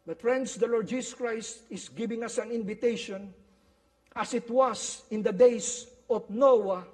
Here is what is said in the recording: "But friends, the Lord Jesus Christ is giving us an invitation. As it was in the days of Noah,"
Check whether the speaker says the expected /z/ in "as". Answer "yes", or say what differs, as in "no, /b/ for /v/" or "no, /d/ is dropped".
no, /s/ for /z/